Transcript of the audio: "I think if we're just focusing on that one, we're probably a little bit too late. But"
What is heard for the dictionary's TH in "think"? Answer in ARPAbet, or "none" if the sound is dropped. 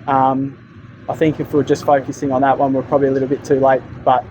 TH